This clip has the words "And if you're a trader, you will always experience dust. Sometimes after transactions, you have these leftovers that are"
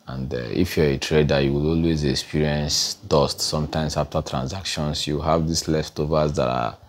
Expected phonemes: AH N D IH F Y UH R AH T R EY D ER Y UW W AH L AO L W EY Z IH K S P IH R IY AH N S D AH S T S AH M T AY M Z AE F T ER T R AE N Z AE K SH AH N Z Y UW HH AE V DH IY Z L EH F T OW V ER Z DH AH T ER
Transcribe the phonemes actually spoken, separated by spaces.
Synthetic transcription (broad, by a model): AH N D IH F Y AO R AH T R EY D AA Y UW W AH L AO L W EY Z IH K S P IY R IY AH N S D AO S T S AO M T AY M S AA F T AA T R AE N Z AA K SH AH N S Y UW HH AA V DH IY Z L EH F T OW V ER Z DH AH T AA